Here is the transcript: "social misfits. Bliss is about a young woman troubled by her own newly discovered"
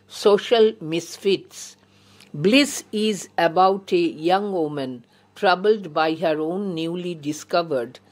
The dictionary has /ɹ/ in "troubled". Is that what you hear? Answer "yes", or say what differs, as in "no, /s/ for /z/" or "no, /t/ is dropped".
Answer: yes